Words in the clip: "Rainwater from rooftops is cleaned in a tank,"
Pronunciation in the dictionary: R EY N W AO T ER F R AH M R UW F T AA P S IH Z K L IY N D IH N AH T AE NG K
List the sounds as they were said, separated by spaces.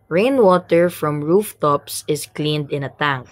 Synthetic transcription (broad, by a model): R EY N W AO T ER F R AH M R UW F T AA P S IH S K L IY N D IH N AH T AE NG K